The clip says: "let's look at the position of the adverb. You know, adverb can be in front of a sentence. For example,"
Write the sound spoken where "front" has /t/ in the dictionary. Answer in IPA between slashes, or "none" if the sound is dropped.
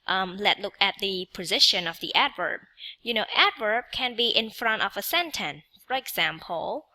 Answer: /t/